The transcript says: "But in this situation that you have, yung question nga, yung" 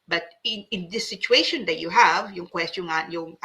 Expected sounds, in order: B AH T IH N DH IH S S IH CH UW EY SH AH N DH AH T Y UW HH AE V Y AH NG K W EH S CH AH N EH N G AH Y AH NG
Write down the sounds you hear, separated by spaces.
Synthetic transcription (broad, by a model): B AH T IH N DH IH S S IH CH UW EY SH AH N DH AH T Y UW HH AE V Y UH NG K W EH S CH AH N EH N Y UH NG